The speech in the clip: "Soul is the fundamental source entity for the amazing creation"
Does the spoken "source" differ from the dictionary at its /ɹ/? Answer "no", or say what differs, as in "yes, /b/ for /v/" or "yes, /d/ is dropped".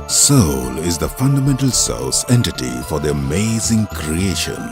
yes, /l/ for /ɹ/